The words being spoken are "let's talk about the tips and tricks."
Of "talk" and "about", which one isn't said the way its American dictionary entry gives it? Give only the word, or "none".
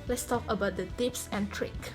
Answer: none